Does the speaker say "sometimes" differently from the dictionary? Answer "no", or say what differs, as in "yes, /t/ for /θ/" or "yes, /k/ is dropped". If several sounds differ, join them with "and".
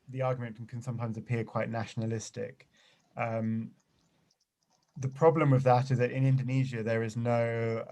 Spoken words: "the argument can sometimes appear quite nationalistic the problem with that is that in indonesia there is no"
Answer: no